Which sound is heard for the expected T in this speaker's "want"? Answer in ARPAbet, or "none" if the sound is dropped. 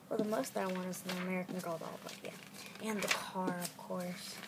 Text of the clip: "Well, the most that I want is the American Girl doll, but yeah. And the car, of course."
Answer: none